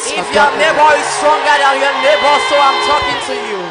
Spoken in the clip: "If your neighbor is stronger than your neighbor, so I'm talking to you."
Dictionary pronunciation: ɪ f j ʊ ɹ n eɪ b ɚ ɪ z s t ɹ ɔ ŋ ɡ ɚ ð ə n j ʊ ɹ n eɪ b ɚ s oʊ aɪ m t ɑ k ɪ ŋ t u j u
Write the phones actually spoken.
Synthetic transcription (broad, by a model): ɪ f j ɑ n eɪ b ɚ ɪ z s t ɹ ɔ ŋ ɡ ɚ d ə l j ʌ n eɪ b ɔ s oʊ aɪ m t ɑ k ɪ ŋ t u j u